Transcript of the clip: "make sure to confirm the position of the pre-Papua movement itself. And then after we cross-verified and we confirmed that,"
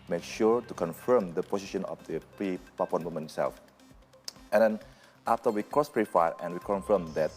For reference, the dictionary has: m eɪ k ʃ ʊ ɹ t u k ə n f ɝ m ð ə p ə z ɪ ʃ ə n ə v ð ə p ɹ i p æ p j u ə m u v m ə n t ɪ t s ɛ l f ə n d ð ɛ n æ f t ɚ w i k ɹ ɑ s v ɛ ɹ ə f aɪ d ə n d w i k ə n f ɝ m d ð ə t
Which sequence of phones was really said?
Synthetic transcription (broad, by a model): m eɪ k ʃ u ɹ t u k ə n f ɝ m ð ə p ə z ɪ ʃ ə n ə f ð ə p ɹ i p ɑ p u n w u m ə n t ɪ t s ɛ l f ə n d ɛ n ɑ f t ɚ w i k ɹ ɑ s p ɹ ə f aɪ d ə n w i k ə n f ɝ m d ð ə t